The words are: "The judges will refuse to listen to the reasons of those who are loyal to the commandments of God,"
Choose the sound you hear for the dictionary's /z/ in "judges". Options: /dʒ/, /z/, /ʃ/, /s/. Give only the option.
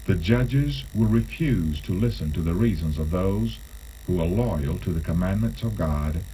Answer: /z/